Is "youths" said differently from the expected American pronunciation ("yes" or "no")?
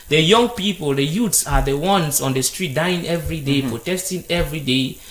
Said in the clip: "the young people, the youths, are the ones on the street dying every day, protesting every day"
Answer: yes